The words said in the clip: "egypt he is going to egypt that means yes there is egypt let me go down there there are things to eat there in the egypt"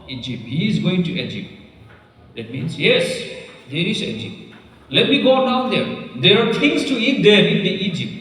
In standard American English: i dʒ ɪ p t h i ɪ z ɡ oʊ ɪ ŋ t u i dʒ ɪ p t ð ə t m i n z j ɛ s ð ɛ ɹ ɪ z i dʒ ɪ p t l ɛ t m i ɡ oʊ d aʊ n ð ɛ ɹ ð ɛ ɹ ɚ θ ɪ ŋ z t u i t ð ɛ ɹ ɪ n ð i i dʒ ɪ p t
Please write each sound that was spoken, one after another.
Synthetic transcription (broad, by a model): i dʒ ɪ p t h i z ɡ oʊ ɪ ŋ t u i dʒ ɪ p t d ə t m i n s j ɛ s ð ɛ ɹ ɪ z i dʒ ɪ p t l ɛ t m i ɡ oʊ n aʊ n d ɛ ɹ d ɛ ɹ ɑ t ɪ ŋ s t u i t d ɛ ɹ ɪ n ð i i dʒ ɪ p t